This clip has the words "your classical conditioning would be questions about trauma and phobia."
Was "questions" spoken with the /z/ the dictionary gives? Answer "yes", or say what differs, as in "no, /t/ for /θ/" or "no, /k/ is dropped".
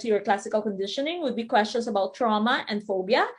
no, /s/ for /z/